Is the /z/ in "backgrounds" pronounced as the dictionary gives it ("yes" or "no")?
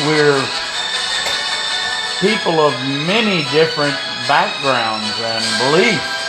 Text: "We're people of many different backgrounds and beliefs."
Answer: yes